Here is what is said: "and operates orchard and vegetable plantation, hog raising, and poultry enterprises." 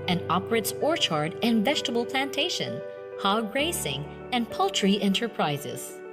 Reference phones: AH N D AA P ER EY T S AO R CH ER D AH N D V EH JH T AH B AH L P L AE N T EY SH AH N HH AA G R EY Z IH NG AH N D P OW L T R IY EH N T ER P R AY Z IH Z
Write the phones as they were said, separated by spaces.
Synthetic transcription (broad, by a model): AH N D AA P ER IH T S AO R CH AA D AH N V EH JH T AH B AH L P L AE N T EY SH AH N HH AA G R EY S IH NG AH N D P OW L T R IY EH N T ER P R AY Z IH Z